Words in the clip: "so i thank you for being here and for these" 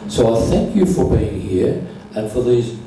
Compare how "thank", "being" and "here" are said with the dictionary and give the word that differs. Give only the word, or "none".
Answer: none